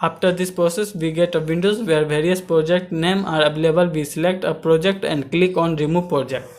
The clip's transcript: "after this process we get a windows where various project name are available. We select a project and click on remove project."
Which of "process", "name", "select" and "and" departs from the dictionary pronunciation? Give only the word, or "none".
none